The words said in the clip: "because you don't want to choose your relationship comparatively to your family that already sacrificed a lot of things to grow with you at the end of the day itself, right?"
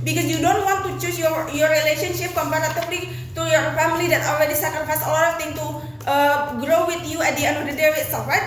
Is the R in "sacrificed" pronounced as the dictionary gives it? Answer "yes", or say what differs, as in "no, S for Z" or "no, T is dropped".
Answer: no, R is dropped